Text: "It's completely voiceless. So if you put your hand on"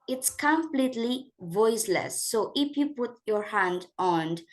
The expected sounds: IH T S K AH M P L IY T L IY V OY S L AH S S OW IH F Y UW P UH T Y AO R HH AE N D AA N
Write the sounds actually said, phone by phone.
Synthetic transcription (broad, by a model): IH T S K AH M P L IY T L IY V OY S L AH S S OW IH F Y UW P UH T Y AO R HH AE N D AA N